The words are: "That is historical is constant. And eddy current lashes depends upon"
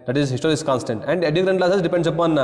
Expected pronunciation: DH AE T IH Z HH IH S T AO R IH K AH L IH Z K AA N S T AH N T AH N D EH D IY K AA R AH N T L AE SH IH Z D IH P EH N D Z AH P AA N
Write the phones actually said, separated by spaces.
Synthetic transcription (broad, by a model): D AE T IH Z HH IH S T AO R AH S K AA N S T AH N T AH N D EH D IY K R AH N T L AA S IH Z D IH P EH N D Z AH P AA N